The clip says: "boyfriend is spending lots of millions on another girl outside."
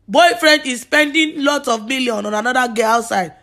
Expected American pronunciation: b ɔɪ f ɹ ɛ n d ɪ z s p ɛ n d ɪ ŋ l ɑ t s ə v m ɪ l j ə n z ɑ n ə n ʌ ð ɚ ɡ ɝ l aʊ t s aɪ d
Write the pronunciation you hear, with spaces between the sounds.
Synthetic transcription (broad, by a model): b ɔɪ f ɹ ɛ n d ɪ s p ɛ n d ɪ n l ɑ t s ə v m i l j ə n ɑ n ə n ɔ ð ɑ ɡ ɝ aʊ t s aɪ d